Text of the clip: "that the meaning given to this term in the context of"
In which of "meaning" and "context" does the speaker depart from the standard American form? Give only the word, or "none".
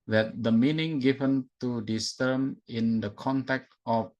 context